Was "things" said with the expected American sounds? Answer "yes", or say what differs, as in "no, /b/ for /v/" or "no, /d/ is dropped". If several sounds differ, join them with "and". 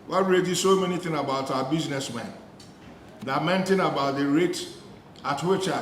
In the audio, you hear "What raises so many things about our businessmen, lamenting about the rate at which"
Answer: no, /z/ is dropped